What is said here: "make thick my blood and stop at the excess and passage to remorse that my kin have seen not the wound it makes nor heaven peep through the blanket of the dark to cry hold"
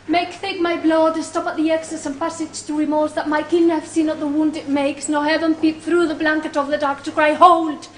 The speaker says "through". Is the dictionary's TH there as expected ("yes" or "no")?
yes